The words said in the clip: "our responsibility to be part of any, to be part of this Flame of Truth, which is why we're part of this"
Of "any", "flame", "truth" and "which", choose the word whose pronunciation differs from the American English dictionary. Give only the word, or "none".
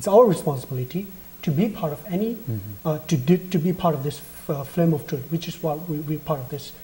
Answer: truth